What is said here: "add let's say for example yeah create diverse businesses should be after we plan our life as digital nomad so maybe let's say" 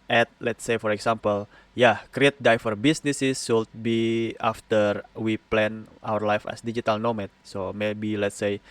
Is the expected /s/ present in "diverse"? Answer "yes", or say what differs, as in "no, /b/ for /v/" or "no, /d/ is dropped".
no, /s/ is dropped